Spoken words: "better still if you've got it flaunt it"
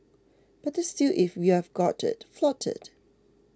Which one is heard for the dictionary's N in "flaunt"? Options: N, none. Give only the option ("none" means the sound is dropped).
none